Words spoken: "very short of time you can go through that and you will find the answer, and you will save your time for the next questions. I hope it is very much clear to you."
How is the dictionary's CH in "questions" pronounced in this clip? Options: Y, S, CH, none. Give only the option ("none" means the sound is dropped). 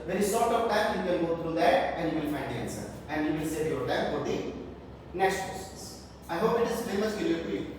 S